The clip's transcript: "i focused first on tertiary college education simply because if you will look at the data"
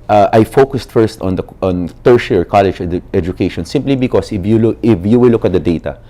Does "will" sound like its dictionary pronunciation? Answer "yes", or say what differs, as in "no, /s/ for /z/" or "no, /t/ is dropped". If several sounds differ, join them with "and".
no, /w/ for /l/